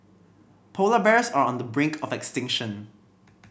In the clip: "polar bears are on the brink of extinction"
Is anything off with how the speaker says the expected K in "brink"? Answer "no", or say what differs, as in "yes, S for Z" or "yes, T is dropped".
no